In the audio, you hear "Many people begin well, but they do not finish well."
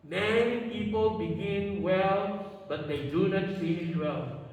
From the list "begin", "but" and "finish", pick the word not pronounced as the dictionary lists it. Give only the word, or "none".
finish